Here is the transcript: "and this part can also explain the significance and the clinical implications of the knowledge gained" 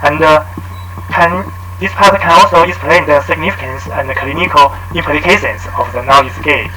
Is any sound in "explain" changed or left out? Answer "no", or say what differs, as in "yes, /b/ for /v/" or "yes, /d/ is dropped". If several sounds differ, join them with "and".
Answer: yes, /k/ is dropped